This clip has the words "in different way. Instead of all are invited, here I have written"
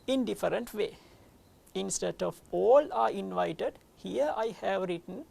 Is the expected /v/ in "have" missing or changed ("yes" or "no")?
no